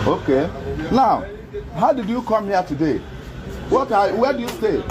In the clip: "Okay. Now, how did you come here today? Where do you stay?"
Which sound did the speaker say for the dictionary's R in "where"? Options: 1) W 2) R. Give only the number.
1